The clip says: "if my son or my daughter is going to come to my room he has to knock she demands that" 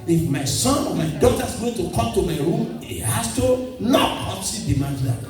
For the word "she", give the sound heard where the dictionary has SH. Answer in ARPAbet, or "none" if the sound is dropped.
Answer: S